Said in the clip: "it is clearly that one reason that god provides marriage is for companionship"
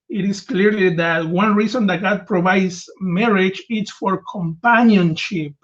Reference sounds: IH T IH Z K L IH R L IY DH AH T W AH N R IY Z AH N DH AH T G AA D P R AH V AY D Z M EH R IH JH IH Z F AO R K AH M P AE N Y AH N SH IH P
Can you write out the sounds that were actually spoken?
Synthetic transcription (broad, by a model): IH T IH S K L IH R L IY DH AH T W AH N R IY S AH N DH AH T G AA D P R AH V AY D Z M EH R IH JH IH S F AO R K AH M P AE N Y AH N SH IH P